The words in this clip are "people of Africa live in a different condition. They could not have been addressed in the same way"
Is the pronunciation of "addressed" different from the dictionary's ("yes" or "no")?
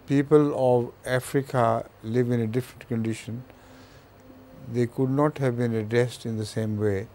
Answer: no